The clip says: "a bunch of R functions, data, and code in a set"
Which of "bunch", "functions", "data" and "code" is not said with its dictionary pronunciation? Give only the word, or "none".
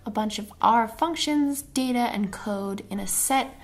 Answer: none